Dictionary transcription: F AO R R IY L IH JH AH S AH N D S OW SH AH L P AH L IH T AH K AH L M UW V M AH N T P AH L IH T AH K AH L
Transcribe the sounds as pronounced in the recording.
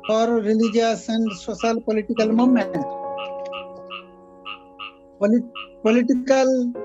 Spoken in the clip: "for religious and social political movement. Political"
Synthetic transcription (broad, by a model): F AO R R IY L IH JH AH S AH N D S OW S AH L P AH L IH T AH K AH L M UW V M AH N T P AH L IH T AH K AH L